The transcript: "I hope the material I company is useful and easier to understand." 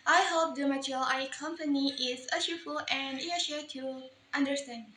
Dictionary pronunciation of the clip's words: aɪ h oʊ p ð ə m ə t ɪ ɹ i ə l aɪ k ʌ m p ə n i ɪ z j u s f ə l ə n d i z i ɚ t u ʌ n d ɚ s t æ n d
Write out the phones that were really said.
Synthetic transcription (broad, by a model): aɪ h oʊ p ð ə m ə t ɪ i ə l aɪ k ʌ m p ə n i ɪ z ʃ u f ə l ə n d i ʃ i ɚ t u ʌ n d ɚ s t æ n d